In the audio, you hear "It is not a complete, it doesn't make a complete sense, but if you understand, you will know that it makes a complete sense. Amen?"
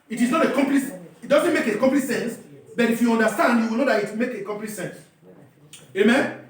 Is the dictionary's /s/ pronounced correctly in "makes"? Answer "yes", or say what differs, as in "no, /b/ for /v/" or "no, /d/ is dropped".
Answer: no, /s/ is dropped